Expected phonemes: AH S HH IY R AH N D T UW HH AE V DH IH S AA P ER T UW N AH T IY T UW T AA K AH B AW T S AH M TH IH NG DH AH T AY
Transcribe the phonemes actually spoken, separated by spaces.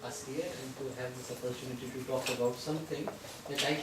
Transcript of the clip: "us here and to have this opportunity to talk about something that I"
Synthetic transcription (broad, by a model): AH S HH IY R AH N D T UW HH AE V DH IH S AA P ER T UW N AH T IY T UW T AA K AH B AW T S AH M T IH NG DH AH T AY